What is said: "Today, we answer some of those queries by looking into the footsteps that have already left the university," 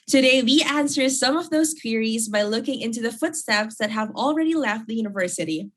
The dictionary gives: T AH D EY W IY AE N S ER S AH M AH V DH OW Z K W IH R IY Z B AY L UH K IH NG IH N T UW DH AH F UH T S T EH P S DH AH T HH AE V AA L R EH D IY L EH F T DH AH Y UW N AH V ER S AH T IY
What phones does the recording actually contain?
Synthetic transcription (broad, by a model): T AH D EY W IY AE N S ER S AH M AH V DH OW Z K W IH R IY Z B AY L UH K IH NG IH N T UW DH AH F UH T S T EH P S DH AH T HH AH V L R EH D IY L EH F T DH AH Y UW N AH V ER S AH T IY